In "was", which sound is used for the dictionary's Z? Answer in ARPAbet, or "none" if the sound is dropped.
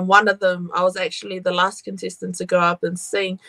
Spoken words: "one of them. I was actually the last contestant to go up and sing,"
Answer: Z